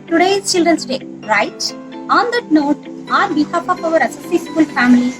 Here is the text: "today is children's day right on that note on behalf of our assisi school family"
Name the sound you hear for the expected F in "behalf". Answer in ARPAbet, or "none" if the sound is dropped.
P